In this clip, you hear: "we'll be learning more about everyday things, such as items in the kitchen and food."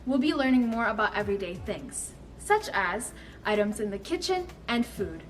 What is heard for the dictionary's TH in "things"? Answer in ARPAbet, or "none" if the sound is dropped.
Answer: TH